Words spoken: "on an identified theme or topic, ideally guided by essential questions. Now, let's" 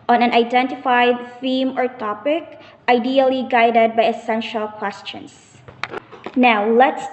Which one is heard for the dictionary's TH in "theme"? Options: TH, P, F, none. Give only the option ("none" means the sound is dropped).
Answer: F